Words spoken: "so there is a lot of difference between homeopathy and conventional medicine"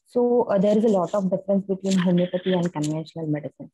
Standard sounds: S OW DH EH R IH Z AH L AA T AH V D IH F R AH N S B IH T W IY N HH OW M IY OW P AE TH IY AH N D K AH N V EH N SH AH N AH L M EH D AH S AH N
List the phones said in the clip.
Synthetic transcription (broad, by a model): S OW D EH R IH Z AH L AA T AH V D IH F R AH N S B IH T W IY N HH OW M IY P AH T IY AH N D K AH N EH SH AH N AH L M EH D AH S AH N